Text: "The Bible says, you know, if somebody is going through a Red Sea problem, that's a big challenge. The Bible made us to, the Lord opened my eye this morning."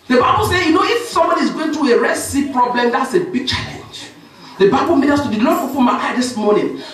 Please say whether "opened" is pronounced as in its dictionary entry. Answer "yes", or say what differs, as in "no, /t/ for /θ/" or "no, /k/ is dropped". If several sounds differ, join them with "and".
no, /f/ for /p/